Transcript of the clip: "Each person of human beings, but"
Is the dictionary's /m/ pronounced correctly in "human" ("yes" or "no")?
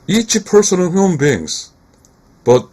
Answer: no